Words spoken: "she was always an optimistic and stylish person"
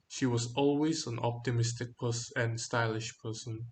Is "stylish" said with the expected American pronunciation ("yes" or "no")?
yes